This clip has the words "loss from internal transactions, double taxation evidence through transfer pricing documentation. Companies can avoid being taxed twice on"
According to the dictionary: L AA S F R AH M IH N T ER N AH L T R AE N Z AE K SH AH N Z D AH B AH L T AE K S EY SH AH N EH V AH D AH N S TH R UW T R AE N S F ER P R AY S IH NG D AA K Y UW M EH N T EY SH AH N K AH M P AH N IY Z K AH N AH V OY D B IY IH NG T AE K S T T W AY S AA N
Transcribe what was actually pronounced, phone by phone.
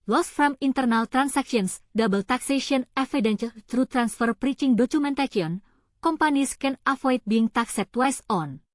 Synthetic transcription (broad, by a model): L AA S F R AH M IH N T ER N AH L T R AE N S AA K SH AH N S D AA B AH L T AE K S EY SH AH N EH F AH D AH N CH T R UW T R AE N S F ER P R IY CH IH NG D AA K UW M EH N T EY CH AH N K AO M P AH N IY S K AH N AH F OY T B IY IH NG T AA K S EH T W AY S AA N